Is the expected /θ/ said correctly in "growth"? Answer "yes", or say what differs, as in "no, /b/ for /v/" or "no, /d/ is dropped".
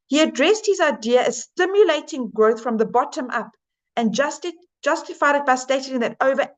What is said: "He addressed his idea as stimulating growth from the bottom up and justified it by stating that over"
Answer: yes